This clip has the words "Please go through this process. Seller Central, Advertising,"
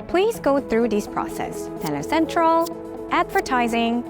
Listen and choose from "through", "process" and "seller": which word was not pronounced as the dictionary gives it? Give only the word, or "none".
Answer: seller